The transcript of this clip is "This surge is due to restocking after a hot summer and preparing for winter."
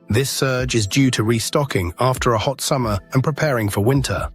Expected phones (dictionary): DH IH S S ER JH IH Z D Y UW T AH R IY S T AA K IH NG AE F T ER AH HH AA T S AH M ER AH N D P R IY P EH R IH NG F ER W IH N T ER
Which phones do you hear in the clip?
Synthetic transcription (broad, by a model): DH IH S S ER JH IH Z D Y UW T AH R IY S T AA K IH NG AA F T ER AH HH AA T S AH M ER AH N P R IY P EH R IH NG F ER W IH N T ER